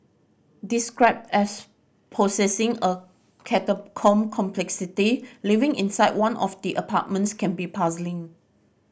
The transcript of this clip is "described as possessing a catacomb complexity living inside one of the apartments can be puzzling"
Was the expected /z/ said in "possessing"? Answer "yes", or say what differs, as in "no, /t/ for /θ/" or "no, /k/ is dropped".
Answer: no, /s/ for /z/